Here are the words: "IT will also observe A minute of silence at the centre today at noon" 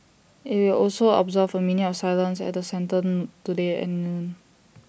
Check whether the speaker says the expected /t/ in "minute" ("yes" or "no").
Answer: no